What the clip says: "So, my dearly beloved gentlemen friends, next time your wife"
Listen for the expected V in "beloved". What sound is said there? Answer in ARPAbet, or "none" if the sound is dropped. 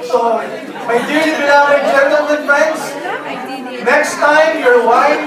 none